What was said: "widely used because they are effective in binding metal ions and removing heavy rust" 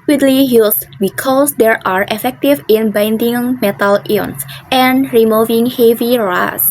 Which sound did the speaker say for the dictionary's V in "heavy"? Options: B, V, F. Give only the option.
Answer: V